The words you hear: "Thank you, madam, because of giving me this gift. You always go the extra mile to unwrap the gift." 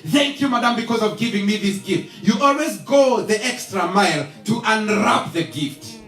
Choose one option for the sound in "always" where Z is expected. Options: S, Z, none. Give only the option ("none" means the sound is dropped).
Z